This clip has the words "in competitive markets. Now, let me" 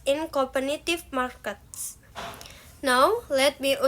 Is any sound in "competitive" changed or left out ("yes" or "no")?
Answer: yes